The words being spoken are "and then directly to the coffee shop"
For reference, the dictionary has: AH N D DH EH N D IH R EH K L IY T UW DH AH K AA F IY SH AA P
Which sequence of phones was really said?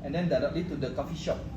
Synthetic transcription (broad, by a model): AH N D EH N D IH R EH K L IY T UW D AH K AA F IY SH AA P